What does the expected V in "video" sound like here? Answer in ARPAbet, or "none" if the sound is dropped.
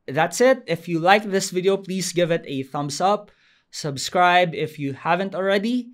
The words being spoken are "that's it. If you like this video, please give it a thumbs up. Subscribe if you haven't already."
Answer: V